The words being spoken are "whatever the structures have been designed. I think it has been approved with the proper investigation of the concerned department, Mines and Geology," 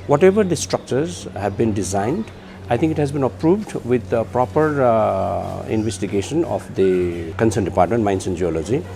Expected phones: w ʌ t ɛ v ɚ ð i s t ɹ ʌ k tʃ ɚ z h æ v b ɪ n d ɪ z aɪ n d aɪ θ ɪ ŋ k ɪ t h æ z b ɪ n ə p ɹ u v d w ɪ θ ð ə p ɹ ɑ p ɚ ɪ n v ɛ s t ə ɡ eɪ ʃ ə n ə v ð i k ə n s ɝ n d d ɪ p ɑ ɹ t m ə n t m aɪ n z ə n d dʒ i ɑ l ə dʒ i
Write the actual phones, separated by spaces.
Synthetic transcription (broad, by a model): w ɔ t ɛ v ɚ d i s t ɹ ʌ k tʃ ɚ z h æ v b ɪ n d ɪ z aɪ n d aɪ t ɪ ŋ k ɪ t h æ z b ɪ n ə p ɹ u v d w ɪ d p ɹ ɑ p ɚ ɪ n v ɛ s t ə ɡ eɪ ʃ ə n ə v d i k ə n s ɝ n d d ɪ p ɑ ɹ t m ə n t m aɪ n s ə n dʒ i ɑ l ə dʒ i